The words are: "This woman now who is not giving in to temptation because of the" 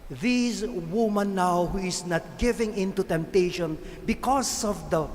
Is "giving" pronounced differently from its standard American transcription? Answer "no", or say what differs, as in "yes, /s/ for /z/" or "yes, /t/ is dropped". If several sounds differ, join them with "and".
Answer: no